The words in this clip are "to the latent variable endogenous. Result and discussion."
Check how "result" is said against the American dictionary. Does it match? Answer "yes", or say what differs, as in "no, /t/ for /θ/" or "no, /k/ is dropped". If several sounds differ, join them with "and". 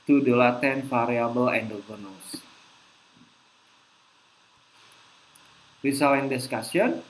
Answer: no, /s/ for /z/ and /t/ is dropped